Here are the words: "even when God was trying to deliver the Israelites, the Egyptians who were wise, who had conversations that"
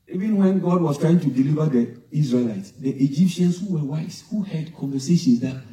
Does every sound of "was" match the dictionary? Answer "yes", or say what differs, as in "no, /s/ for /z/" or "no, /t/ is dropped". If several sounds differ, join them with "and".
no, /s/ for /z/